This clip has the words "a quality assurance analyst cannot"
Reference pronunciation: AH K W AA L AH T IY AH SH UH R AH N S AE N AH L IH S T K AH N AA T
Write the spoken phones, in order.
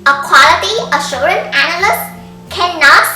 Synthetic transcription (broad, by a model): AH K W AA L AH T IY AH SH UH R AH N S AE N AH L IH S T K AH N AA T